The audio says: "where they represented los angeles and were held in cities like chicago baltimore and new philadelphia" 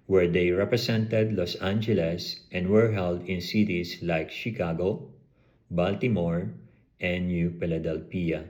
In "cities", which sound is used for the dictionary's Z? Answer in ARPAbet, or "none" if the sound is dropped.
S